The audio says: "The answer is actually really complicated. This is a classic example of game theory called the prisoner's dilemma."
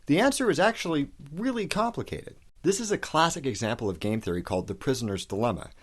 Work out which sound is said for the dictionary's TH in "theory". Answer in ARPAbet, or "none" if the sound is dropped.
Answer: TH